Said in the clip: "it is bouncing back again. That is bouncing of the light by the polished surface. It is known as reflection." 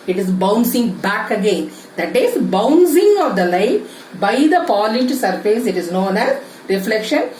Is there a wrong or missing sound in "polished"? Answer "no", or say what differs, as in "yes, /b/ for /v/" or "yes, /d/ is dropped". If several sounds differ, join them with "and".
yes, /ʃ/ is dropped